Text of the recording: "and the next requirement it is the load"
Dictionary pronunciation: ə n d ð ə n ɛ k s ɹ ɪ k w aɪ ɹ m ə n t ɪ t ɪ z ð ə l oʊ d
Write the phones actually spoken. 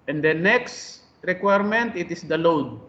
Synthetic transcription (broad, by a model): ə n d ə n ɛ k s ɹ ɪ k w aɪ ɹ m ə n t ɪ t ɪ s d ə l oʊ d